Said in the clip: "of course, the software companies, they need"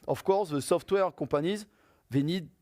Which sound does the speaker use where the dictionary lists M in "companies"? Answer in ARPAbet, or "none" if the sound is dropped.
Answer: none